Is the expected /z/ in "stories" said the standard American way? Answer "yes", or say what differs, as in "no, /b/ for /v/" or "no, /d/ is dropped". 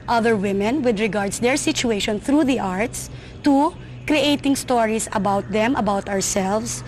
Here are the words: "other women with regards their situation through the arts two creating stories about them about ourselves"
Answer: no, /s/ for /z/